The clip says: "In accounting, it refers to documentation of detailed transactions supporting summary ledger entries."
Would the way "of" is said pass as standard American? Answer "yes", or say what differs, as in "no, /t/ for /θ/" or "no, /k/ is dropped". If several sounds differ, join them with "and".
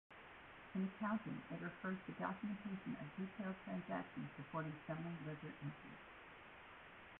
yes